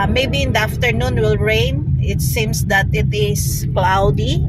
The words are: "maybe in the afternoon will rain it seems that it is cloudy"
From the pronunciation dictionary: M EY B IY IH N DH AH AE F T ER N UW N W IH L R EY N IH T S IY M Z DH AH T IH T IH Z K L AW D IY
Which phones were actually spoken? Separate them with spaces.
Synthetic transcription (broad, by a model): M EY B IY IH N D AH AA F T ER N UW N W IH L R EY N IH T S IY M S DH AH T IH T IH S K L AW D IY